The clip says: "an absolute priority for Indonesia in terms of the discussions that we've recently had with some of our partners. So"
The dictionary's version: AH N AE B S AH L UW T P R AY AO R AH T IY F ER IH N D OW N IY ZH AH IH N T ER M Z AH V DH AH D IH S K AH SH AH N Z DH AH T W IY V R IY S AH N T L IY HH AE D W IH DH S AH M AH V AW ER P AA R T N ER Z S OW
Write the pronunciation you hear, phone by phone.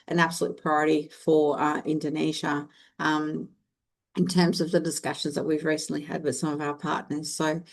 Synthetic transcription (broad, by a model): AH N AE B S AH L UW T P R AY AO R AH T IY F ER IH N D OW N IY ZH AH IH N T ER M Z AH V DH AH D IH S K AH SH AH N Z DH AH T W IY V R IY S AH N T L IY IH D W IH DH S AH M AH V AW ER P AA R T N ER Z S OW